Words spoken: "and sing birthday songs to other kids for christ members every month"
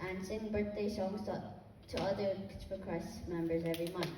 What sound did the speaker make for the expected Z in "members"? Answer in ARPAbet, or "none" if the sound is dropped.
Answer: Z